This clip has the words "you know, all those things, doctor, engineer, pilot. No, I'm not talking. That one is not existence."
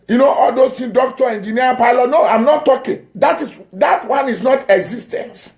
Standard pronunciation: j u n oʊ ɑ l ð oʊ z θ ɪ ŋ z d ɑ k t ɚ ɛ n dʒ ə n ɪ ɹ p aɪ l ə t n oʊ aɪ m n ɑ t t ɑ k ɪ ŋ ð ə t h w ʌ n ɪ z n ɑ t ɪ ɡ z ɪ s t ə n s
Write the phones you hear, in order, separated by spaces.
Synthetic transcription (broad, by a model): j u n oʊ ɑ l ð oʊ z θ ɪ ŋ d ɑ k t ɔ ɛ n dʒ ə n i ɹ p aɪ l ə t n oʊ aɪ m n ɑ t t ɑ k ɪ ŋ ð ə t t w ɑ n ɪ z n ɑ t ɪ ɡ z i s t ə n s